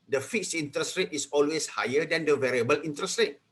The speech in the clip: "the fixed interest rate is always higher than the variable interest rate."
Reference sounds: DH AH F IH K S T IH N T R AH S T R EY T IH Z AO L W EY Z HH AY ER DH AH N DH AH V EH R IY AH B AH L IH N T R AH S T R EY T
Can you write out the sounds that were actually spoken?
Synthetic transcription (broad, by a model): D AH F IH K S IY N T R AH S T R EY T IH S AO L W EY S HH AY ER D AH N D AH V EH R IY AH B AH L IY N T R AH S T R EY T